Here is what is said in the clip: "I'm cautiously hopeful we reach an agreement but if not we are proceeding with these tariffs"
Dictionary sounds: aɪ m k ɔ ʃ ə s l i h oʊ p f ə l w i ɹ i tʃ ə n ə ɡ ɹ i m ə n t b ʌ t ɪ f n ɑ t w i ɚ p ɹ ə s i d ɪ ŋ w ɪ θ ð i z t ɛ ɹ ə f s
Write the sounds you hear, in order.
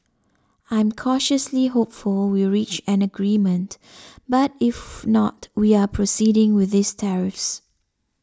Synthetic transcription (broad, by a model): aɪ m k ɔ ʃ ə s l i h oʊ p f ə l w i ɹ i tʃ ə n ə ɡ ɹ i m ə n t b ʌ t ɪ f n ɑ t w i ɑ p ɹ ə s i d ɪ ŋ w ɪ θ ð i s t ɛ ɹ ə f s